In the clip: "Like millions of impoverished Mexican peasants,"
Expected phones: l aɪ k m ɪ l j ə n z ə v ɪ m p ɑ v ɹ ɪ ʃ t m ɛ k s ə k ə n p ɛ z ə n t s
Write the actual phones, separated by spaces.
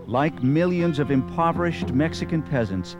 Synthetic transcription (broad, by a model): l aɪ k m ɪ l j ə n z ə v ɪ m p ɑ v ɹ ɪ ʃ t m ɛ k s ə k ə n p ɛ z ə n t s